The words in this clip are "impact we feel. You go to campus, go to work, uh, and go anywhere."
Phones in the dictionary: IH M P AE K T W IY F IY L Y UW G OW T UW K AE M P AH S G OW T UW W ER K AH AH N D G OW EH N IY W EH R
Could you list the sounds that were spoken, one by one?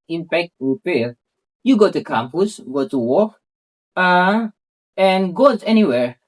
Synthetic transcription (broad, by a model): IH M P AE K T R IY P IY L Y UW G OW T UW K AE M P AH S G OW T UW W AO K AH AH N G OW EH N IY W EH R